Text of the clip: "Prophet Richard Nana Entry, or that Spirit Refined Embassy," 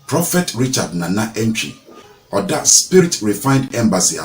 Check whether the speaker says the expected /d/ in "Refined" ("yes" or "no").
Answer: yes